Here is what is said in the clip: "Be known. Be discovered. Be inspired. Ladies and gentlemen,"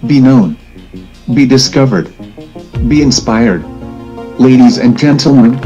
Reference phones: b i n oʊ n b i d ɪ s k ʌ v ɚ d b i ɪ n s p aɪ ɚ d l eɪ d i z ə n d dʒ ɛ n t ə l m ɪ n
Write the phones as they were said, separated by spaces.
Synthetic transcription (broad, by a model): b i n oʊ n b i d ɪ s k ʌ v ɚ d b i ɪ n s p aɪ ɚ d l eɪ d i z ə n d dʒ ɛ n t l m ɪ n